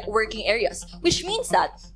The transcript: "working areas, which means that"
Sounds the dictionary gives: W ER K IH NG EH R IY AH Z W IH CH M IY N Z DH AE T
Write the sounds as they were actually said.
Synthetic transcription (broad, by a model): W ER K IH NG EH R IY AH S W IH CH M IY N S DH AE T